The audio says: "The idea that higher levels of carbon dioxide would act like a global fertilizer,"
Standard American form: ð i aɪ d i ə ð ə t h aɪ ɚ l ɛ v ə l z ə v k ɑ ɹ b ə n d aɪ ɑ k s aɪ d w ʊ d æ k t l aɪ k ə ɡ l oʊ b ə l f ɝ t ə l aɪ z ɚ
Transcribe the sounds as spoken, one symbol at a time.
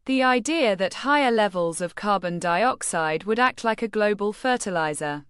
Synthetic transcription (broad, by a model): ð i aɪ d i ə ð ə t h aɪ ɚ l ɛ v ə l z ə v k ɑ b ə n d aɪ ɑ k s aɪ d w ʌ d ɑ k t l aɪ k ə ɡ l oʊ b ə l f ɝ t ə l aɪ z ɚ